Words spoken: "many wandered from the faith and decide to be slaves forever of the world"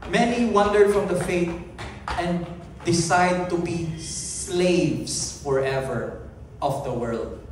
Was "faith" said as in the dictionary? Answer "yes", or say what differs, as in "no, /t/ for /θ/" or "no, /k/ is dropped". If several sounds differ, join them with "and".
no, /t/ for /θ/